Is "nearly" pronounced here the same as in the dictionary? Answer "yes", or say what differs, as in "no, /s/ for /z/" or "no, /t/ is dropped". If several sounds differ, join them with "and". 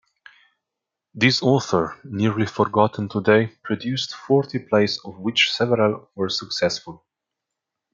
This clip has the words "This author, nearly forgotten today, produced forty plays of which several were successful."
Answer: yes